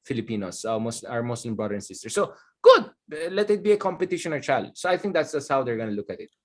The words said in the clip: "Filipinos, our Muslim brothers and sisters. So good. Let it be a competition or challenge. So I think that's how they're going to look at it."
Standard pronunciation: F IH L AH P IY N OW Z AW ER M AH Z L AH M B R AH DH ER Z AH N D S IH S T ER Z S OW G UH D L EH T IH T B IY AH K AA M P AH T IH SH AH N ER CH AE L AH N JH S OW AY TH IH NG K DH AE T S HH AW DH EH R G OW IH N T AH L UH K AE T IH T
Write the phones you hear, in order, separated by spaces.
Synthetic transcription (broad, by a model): F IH L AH P IY N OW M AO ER M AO S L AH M B R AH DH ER AH N S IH S T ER S OW G UH D L EH T IH T B IY AH K AA M P AH T IH SH AH N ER CH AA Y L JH S OW AY TH IH NG K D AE T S HH AW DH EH R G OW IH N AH L UH K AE T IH T